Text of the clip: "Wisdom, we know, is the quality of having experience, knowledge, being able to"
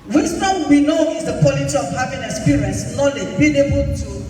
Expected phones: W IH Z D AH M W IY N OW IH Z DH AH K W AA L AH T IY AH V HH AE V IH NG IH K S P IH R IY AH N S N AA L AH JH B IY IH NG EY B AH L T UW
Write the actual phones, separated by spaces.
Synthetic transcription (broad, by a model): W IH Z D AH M W IY N OW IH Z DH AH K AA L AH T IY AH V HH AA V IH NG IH S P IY R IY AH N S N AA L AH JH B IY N EY B AH L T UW